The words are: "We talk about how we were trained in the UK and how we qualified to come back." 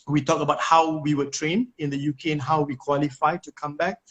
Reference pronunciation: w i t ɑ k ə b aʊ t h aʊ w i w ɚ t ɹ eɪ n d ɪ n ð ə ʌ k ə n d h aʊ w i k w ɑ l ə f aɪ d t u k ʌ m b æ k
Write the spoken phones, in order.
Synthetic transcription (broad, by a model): w i t ɑ k ə b aʊ t h aʊ w i w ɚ t ɹ eɪ n ɪ n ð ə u k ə n h aʊ w i k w ɑ l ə f aɪ t u k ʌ m b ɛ k